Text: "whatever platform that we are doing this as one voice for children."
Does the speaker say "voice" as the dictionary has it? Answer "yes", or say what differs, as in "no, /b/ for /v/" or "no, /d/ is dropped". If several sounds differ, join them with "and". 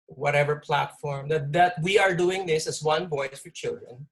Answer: no, /b/ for /v/